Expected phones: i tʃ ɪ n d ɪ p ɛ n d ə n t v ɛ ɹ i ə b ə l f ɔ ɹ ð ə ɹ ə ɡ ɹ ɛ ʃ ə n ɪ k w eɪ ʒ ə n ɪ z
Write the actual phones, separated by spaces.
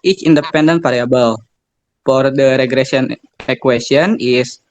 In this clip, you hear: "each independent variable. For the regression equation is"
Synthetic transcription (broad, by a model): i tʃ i n d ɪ p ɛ n d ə n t p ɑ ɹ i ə b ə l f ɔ ɹ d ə ɹ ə ɡ ɹ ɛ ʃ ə n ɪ k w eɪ s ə n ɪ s